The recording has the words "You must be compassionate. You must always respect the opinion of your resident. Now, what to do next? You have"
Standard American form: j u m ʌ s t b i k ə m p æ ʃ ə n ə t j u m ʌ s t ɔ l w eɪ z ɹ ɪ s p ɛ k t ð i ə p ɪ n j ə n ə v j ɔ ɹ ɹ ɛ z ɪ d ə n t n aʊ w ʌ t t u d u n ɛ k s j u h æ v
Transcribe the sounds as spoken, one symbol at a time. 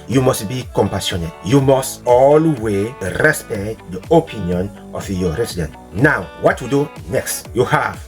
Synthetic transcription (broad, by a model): j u m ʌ s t b i k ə m p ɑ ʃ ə n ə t j u m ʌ s t ɔ l w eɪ ɹ ɪ s p ɛ k t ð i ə p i n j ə n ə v j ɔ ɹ ɹ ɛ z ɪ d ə n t n aʊ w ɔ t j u d u n ɛ k s j u h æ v